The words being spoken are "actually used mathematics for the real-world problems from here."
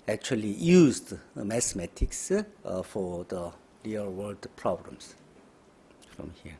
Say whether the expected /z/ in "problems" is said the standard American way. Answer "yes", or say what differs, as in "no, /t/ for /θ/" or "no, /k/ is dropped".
no, /s/ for /z/